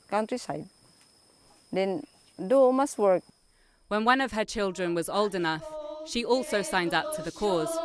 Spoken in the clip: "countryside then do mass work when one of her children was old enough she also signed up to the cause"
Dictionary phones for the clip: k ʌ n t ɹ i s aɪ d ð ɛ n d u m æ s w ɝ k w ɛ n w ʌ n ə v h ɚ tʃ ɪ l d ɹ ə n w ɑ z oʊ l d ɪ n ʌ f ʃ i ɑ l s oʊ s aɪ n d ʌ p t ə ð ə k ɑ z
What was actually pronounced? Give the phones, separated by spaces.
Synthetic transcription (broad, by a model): k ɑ n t ɹ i s aɪ d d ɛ n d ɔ m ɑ s w ɝ k w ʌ n w ʌ n ə v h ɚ tʃ ɪ l d ɹ ə n w ɑ z oʊ l d ɪ n ʌ f ʃ i ɑ l s oʊ s aɪ n d ʌ p t ə ð ə k ɑ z